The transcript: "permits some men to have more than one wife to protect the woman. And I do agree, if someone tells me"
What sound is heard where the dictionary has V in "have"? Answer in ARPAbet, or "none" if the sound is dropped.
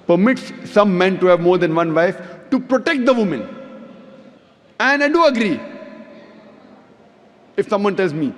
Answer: V